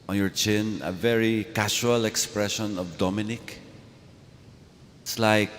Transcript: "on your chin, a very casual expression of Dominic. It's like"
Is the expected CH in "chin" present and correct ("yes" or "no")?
yes